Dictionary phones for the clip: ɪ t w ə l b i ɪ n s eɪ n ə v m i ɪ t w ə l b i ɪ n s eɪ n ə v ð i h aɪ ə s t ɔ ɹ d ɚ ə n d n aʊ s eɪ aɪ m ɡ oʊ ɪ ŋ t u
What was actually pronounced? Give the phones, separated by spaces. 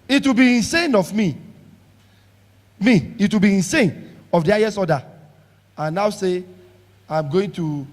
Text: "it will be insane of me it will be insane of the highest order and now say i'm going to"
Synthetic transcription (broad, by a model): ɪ t w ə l b i ɪ n s eɪ n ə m m i ɪ t w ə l b i ɪ n s eɪ n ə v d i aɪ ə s ɔ d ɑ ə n n aʊ s eɪ aɪ m ɡ oʊ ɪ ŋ t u